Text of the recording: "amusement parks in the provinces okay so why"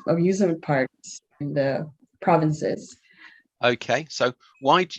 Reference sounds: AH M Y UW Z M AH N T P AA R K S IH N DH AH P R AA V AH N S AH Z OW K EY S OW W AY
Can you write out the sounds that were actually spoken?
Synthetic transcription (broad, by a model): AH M Y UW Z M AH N P AA R S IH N DH AH P R AA V AH N S AH Z OW K EY S OW W AY